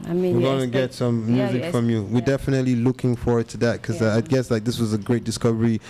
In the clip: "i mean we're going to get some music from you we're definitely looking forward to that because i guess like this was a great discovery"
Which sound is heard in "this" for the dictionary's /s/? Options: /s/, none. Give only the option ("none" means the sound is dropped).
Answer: /s/